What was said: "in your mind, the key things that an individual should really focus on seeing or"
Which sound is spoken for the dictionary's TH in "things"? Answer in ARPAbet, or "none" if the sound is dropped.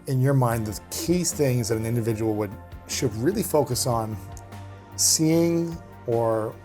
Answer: TH